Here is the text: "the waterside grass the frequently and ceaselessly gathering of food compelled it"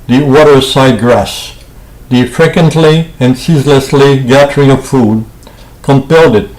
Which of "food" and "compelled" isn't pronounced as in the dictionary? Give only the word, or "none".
none